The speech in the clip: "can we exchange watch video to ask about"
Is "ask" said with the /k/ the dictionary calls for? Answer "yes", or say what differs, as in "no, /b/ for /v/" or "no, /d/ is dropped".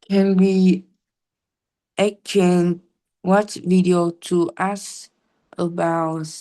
no, /k/ is dropped